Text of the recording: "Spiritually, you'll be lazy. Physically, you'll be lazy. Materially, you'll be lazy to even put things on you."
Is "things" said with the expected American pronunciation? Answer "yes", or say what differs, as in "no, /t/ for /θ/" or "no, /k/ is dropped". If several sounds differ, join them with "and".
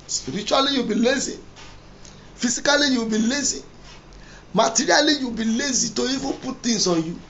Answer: no, /ŋ/ is dropped